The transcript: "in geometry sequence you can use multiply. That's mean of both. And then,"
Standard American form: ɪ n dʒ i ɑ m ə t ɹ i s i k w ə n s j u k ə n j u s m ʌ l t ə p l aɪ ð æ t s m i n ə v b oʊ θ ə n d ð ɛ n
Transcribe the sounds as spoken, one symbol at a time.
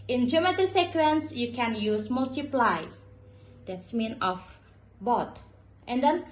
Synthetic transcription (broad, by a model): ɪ n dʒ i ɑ m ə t i s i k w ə n s j u k ə n j u s m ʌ l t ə p l aɪ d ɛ t s m i n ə f b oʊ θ ə n d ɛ n